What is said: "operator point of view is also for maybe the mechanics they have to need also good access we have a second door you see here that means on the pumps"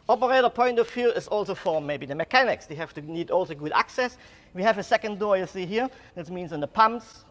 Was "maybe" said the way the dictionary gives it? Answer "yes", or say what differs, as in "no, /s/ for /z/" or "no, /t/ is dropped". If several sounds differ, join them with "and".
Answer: yes